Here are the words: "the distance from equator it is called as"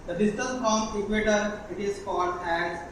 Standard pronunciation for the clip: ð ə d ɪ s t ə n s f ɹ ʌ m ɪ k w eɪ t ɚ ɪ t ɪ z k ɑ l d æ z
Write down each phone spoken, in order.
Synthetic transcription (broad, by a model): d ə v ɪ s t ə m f ɹ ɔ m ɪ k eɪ t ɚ ɪ t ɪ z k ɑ d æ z